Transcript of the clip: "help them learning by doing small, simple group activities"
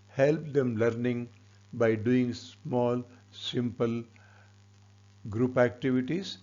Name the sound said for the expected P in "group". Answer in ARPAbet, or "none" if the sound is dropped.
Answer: P